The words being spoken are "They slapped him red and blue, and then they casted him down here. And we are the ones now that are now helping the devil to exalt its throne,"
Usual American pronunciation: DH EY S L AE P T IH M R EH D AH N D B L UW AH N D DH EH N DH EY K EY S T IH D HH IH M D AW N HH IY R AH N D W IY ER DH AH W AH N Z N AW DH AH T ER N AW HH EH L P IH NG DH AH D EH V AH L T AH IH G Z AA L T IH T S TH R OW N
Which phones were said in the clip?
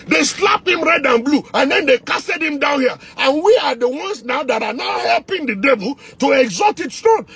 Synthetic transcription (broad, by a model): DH EY S L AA P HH IH M R EH D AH N B L UW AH N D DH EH N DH EY K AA S T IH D HH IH M D AW N HH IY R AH N W IY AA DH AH W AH N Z N AW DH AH T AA N AW HH EH L P IH NG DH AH D EH V AH L T AH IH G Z AA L T IH T S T R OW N